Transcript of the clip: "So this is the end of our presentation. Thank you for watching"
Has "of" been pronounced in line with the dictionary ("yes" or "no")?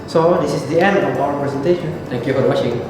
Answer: no